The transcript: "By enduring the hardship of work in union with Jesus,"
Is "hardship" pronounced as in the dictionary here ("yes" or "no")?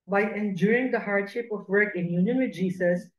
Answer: yes